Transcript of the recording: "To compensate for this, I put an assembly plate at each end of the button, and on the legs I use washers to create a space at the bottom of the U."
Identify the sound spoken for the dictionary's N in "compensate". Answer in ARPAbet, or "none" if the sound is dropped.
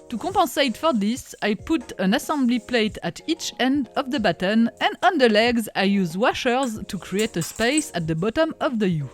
none